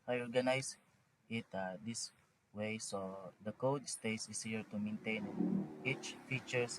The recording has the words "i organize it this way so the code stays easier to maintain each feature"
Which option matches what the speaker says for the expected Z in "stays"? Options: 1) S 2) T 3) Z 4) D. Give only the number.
1